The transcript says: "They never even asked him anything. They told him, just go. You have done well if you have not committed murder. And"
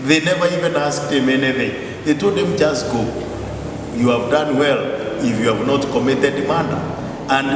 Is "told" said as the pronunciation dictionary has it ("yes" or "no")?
no